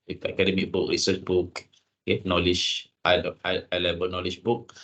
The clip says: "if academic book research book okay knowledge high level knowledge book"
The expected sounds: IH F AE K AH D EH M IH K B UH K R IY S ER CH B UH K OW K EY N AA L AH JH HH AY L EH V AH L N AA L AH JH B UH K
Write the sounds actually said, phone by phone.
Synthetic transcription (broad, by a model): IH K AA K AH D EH M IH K B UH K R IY S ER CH B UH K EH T N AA L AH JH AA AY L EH B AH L N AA L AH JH B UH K